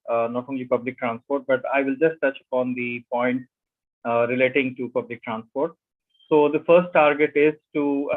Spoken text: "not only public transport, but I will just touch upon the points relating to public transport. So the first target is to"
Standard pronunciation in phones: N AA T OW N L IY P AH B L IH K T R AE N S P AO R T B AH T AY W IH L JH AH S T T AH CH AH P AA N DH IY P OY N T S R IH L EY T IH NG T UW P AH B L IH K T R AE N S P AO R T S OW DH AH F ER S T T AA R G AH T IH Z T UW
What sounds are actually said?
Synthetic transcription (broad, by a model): N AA T OW N L IY P AH B L IH K T R AE N S P AO R T B AH T AY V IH L JH AH S T T AH CH AH P AA N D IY P OY N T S R IH L EY T IH NG T UW P AH B L IH K T R AE N S P AO R T S OW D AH F ER S T T AA R G AH T IH Z T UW